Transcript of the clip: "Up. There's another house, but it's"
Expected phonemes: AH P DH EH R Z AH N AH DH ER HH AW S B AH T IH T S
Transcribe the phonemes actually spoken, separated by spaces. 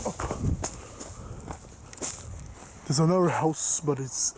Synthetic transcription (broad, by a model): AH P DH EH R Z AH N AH ER HH AW S B AH T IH T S